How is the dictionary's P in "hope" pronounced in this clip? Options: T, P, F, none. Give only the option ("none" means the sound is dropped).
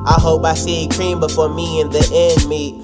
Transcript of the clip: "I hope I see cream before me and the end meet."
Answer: P